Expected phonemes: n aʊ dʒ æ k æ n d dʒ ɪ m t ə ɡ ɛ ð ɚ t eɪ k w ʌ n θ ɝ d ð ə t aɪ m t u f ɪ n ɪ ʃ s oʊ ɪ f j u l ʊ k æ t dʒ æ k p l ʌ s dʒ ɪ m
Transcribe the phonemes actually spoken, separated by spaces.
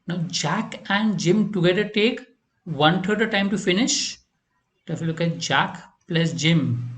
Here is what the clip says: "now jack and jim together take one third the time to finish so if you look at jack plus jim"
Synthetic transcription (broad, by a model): n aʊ dʒ æ k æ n d dʒ ɪ m t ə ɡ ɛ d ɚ t eɪ k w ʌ n t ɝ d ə t aɪ m t u f ɪ n ɪ ʃ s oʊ ɪ f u l ʊ k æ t dʒ æ k p l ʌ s dʒ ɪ m